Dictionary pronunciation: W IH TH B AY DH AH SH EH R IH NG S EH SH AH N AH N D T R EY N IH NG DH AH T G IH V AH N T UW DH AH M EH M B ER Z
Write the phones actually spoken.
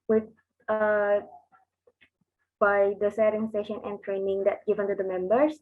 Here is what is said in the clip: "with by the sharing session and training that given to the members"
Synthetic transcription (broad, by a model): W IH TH B AY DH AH S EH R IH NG S EH SH AH N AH N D T R EY N IH NG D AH T G IH V AH N T UW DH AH M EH M B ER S